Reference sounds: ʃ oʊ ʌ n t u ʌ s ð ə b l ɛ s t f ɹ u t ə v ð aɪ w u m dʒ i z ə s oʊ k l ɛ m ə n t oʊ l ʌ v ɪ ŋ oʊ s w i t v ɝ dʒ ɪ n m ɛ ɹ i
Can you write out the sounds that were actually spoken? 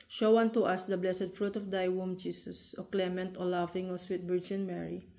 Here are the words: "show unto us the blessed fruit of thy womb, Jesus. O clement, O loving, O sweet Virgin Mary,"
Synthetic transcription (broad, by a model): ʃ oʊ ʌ n t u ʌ s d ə b l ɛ s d f ɹ u t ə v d aɪ w u m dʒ i s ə s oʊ k l ɛ m ə n t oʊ l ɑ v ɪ ŋ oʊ s w i t b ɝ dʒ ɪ n m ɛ ɹ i